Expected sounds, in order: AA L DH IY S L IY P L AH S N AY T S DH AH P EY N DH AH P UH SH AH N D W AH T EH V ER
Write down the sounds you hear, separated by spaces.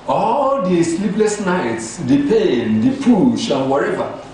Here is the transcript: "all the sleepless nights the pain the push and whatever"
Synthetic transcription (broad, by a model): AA L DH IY S L IY P L AH S N AY T S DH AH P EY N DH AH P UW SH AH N W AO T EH V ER